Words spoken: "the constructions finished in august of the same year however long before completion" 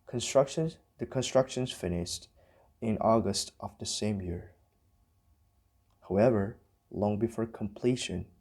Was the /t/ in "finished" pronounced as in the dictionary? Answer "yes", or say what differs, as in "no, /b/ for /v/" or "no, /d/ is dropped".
yes